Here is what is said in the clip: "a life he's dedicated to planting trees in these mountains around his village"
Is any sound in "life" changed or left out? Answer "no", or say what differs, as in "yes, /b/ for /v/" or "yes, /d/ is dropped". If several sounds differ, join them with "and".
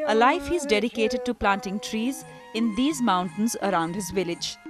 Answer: no